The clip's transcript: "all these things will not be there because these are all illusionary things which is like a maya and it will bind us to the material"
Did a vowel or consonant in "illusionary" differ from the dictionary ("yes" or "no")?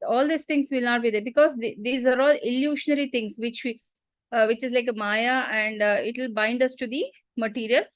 yes